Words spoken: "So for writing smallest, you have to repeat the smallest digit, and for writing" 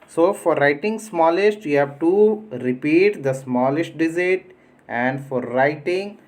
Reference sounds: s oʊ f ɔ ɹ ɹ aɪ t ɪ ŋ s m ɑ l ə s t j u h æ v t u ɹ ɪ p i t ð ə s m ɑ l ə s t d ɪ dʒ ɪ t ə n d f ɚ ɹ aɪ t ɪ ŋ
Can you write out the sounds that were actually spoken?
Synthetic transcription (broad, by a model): s oʊ f ɔ ɹ ɹ aɪ t ɪ ŋ s m ɑ l ə s t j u h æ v t u ɹ ɪ p i t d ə s m ɑ l ə s t d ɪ z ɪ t ə n d f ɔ ɹ aɪ t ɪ ŋ